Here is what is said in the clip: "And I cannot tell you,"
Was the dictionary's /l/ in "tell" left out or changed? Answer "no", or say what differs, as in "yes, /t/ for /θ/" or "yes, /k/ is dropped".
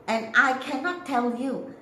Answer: no